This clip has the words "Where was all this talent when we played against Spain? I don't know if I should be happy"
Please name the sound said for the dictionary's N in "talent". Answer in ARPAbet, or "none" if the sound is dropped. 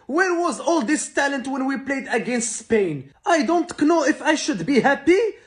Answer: N